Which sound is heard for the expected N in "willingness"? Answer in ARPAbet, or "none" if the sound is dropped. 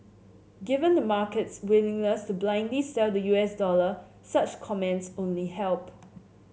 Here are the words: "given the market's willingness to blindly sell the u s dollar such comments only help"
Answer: L